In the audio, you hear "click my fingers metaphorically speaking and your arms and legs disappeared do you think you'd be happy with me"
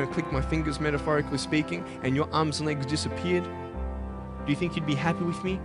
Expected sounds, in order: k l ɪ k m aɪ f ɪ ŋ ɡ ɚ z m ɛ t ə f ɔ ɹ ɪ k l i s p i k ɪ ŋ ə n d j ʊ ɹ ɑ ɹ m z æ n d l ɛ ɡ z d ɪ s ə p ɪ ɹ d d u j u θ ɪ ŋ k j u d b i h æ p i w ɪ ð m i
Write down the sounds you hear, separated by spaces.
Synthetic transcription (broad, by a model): k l ɪ k m aɪ f ɪ ŋ ɡ ɚ z m ɛ t ə f ɔ ɹ ɪ k l i s p i k ɪ ŋ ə n j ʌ ɹ ɑ ɹ m z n l ɛ ɡ z d ɪ s ə p ɪ ɹ d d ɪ j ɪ θ ɪ ŋ k j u d b i h æ p i w ɪ ð m i